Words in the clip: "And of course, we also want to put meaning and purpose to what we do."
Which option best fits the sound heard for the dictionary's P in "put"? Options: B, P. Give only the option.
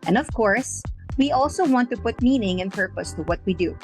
P